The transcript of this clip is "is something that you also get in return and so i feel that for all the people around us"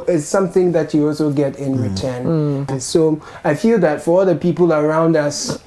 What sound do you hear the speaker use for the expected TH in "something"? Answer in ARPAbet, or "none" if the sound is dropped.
TH